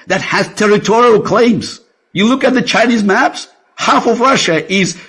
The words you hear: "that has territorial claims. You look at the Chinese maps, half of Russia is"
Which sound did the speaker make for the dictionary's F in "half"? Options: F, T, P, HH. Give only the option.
F